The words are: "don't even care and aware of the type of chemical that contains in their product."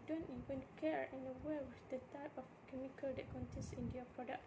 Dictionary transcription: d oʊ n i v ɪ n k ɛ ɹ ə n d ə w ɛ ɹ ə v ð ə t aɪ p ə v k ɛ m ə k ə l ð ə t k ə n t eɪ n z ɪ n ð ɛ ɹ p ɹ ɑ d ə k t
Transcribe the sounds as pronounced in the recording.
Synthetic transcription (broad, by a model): d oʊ n i v ɪ n k ɛ ɹ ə n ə w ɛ w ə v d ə t aɪ p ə f k ɛ m ə k ə l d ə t k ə n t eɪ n s ɪ n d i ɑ p ɹ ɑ d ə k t